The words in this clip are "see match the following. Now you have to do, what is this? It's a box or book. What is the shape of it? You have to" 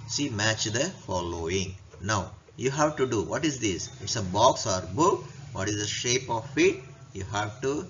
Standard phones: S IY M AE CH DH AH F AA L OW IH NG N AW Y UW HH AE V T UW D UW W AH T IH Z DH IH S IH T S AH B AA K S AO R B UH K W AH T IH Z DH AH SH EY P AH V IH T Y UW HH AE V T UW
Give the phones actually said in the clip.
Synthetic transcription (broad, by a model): S IY M AE CH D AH F AA L OW IH NG N AW Y UW HH AE V T UW D UW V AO T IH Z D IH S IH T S AH B AA K S AO R B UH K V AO T IH Z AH SH EY P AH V IH T Y UW HH AE V T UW